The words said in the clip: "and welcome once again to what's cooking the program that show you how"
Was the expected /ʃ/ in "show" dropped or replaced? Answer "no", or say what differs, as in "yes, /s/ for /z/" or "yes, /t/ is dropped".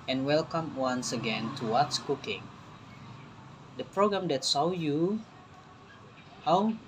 yes, /s/ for /ʃ/